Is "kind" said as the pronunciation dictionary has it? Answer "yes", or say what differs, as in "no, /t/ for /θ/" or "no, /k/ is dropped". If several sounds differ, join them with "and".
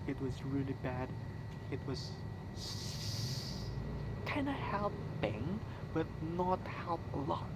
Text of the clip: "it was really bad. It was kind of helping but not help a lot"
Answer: no, /d/ is dropped